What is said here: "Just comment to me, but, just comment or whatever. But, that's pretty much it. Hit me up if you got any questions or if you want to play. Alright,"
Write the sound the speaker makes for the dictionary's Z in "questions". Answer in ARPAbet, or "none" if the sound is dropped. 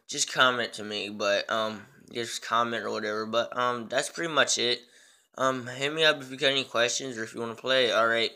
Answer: Z